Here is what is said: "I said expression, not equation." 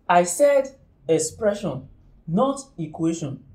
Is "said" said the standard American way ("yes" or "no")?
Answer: yes